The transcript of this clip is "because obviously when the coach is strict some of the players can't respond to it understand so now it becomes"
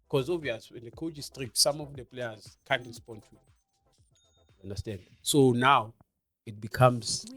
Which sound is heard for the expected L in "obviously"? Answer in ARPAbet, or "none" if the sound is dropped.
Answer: none